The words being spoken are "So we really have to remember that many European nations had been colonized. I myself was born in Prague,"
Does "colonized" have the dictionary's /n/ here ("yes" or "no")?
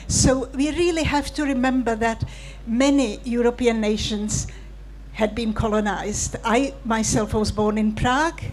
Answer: yes